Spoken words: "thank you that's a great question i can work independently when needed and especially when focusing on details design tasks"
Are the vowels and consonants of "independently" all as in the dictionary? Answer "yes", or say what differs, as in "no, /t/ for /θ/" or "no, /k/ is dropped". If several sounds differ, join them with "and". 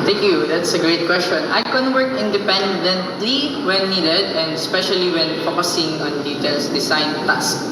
yes